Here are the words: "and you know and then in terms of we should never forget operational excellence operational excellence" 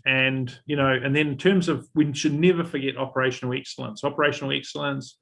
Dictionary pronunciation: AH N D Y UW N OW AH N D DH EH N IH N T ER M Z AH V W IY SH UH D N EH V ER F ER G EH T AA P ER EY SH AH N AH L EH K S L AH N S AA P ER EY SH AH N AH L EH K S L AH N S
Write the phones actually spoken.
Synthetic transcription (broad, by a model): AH N Y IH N OW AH N DH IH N IH N T ER M Z AH V W IY SH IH D N EH V ER F ER G EH T AA P ER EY SH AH N L EH K S L AH N S AA P ER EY SH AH N L EH K S L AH N S